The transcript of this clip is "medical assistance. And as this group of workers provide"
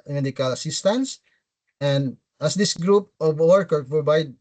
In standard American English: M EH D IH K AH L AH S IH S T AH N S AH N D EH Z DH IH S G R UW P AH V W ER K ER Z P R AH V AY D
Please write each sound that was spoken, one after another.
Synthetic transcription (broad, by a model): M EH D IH K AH L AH S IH S T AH N S AH N D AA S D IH S G R UW P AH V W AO K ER P R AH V AY D